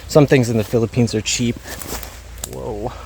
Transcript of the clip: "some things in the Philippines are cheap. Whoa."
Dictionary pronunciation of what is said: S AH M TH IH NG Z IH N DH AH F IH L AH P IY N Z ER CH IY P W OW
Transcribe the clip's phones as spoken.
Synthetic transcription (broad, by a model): S AH M TH IH NG Z IH N DH AH F IH L AH P IY N Z ER CH IY P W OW